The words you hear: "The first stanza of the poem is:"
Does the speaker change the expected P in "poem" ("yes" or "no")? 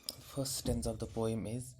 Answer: no